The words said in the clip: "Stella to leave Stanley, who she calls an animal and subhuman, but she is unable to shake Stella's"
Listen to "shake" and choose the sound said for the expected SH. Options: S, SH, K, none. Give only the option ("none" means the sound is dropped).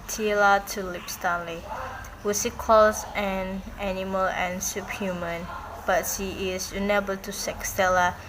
S